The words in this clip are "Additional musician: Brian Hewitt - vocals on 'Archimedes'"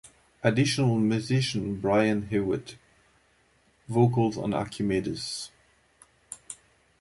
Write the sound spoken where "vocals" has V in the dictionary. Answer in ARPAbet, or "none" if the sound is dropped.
V